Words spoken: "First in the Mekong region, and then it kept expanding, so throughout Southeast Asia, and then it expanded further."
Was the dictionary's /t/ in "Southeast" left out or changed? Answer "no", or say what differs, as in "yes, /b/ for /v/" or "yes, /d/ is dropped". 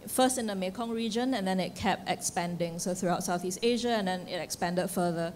no